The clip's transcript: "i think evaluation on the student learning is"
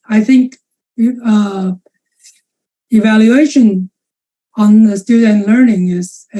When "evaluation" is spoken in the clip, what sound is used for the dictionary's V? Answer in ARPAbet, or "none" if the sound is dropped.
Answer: V